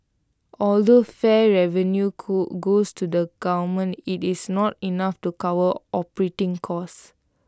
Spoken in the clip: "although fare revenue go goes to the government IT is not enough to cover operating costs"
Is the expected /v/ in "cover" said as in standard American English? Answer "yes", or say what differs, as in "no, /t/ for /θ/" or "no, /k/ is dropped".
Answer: no, /w/ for /v/